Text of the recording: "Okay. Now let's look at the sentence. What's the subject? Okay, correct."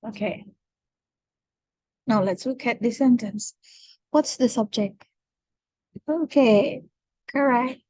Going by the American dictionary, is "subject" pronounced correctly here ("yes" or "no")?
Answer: yes